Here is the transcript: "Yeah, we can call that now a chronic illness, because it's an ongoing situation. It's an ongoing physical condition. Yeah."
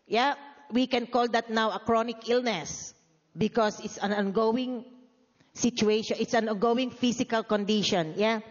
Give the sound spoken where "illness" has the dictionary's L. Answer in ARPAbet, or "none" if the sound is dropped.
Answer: L